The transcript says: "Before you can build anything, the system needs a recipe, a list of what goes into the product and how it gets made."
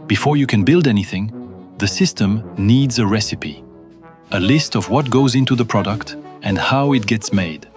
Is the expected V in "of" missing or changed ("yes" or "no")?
no